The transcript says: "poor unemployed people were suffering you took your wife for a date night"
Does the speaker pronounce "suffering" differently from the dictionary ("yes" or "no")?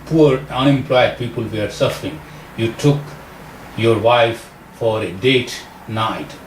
no